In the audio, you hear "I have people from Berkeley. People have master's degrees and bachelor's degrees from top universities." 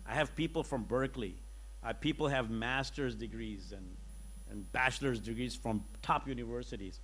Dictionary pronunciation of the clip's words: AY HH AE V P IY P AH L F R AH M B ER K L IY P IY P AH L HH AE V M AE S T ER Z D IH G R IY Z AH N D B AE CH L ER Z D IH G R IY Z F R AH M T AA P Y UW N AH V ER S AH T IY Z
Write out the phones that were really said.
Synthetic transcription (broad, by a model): AY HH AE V P IY P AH L F R AH M B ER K L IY P IY P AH L HH AE V M AE S T ER Z D IH G R IY Z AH N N B AE CH L ER Z D IH G R IY Z F R AH M T AA P Y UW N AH V ER S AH T IY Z